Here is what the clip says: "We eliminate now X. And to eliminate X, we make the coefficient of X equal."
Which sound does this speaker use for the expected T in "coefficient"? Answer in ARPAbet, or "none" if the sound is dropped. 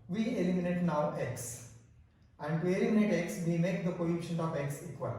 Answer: none